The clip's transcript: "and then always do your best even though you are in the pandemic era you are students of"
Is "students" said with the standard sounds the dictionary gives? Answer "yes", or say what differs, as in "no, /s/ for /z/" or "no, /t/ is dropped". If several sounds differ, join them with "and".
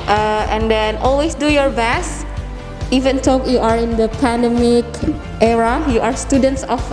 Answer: yes